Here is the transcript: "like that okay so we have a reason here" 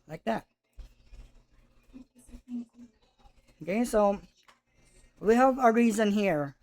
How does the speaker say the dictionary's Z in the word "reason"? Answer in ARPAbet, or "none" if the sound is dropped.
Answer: Z